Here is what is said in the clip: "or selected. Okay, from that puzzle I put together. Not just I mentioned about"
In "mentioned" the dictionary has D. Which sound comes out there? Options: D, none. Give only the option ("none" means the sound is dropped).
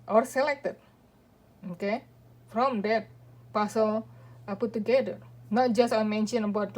none